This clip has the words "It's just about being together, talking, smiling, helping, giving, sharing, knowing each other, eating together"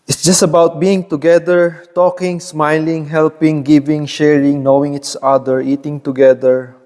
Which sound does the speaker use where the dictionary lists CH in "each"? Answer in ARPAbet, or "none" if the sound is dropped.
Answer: S